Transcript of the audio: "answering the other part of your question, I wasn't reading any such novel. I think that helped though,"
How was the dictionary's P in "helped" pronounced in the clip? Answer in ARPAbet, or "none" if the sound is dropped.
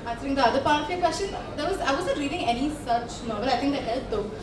none